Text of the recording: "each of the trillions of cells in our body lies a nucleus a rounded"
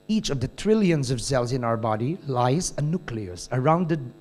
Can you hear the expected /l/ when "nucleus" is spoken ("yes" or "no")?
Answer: yes